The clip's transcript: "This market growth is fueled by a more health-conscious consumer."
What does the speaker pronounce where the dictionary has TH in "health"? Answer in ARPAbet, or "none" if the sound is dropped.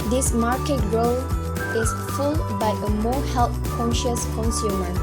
T